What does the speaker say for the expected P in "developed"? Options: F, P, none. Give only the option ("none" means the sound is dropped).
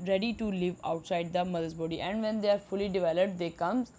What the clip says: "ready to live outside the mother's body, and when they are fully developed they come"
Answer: P